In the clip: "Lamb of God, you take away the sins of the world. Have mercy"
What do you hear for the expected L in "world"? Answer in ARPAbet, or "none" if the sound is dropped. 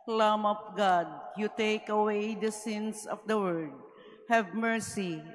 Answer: none